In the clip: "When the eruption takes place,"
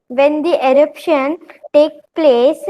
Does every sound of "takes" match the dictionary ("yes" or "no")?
no